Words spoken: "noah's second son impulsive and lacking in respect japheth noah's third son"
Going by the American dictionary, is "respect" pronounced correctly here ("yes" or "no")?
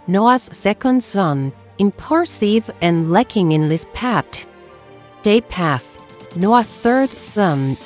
no